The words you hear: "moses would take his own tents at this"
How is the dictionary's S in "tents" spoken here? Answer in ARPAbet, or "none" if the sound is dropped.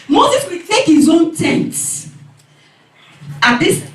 none